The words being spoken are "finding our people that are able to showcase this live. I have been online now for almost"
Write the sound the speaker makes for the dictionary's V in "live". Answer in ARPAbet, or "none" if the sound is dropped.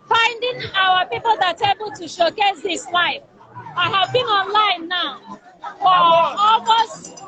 F